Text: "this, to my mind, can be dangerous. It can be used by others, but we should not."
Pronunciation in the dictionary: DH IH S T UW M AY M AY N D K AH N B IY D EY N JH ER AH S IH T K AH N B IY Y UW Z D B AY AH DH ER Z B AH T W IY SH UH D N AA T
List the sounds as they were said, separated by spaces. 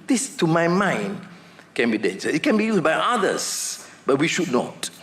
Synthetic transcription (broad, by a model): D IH S T UW M AY M AY N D K AH N B IY D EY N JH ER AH IH T K AH N B IY Y UW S B AY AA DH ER S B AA T W IY SH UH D N AA T